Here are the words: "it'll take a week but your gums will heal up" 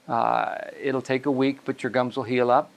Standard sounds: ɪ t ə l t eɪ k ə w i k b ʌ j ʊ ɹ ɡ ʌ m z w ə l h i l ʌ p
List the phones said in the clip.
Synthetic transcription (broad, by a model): ɪ t l t eɪ k ə w i k b ʌ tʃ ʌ ɹ ɡ ʌ m z w ə l h i l ʌ p